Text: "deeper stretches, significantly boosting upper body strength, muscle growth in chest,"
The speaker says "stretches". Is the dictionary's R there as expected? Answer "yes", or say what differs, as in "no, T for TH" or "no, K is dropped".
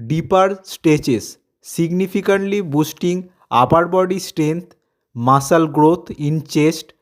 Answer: no, R is dropped